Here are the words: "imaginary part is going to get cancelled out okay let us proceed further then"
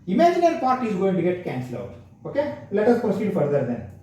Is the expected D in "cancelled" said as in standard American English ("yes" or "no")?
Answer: no